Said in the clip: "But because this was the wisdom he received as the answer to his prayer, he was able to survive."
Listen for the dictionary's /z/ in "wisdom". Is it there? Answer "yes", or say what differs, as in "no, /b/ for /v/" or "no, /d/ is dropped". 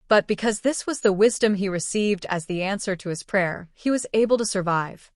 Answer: yes